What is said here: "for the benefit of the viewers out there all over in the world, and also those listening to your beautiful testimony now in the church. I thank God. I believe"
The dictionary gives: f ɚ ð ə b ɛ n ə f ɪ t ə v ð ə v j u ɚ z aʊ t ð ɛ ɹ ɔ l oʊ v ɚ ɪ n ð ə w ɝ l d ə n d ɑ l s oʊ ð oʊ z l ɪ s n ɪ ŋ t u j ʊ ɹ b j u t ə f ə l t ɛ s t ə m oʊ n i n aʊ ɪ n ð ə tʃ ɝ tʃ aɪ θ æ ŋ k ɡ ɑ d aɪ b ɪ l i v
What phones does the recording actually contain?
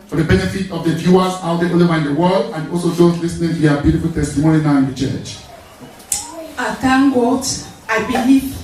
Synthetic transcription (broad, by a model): f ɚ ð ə b ɛ n ə f ɪ t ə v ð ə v j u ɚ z aʊ t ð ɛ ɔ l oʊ ɑ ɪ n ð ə w ɝ l d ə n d ɑ l s oʊ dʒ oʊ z l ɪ s n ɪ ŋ t u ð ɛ b j u t ə f ə l t ɛ s t ə m oʊ n i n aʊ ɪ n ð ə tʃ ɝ tʃ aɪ t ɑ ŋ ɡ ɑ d aɪ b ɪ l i